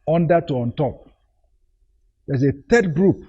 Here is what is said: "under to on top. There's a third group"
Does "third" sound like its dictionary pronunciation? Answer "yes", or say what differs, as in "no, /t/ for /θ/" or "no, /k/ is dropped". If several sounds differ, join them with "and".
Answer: no, /t/ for /θ/